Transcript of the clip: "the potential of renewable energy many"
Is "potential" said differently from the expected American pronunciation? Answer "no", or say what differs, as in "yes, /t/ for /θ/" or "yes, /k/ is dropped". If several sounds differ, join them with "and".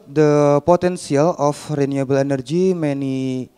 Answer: yes, /s/ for /ʃ/